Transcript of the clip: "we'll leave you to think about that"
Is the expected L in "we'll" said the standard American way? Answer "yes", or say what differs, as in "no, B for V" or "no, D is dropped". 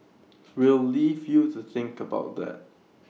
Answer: yes